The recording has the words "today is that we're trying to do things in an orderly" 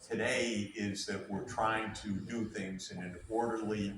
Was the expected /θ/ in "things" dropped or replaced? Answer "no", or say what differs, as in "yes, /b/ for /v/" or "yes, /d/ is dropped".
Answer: no